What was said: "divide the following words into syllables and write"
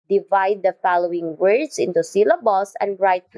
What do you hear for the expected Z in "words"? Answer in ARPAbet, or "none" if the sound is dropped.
S